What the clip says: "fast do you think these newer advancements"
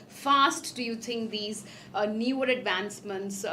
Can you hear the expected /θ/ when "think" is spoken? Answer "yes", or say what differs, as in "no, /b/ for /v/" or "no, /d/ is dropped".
no, /t/ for /θ/